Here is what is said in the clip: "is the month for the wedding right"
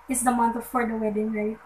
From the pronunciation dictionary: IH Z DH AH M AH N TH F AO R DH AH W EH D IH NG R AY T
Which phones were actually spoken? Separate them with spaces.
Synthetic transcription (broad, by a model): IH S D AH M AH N T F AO R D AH W EH D IH NG R AY T